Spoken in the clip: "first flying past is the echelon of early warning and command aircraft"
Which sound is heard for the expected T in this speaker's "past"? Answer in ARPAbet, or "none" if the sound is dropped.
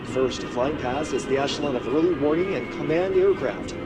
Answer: none